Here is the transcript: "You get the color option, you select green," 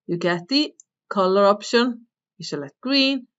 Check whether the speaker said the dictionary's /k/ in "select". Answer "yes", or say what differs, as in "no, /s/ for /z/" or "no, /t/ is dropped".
no, /k/ is dropped